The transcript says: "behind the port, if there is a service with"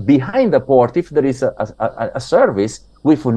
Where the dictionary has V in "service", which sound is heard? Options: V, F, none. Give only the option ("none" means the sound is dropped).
V